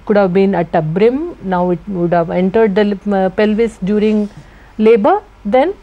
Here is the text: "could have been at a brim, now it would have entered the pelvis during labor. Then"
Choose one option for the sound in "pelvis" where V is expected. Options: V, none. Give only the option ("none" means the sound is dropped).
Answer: V